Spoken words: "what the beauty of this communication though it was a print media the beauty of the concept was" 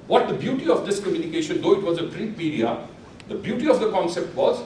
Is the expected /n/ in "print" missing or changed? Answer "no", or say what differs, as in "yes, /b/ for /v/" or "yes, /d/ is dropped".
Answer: yes, /n/ is dropped